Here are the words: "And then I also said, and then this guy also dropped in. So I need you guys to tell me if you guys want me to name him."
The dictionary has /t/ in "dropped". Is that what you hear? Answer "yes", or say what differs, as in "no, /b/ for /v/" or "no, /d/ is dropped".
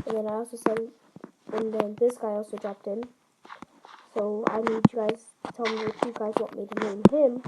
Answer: yes